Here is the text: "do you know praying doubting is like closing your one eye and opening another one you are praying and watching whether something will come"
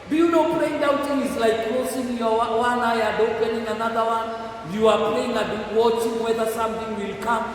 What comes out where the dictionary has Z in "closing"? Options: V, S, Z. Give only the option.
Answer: S